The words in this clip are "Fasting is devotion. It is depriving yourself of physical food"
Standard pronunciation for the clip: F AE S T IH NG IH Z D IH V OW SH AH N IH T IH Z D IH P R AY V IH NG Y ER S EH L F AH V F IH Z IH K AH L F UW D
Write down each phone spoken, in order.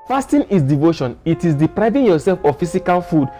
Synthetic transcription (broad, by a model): F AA S T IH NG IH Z D IH V OW SH AH N IH T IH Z D IH P R AY V IH NG Y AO S EH L F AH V F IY S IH K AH L F UW D